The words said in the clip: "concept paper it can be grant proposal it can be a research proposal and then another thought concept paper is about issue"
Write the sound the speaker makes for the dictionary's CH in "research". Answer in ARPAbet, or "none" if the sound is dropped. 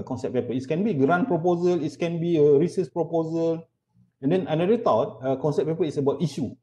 S